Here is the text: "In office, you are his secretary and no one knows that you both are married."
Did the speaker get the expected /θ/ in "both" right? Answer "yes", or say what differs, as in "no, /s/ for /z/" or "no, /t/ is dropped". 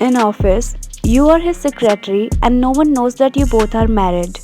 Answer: no, /t/ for /θ/